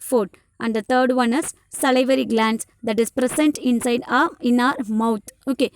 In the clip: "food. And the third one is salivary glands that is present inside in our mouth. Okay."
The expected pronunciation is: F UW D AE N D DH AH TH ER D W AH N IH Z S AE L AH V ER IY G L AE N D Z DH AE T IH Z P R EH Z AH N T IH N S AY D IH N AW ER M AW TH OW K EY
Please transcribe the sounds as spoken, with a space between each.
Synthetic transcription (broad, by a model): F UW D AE N D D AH T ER D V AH N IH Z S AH L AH V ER IY G L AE N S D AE T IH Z P R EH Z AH N T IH N S AY D IH N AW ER M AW T OW K EY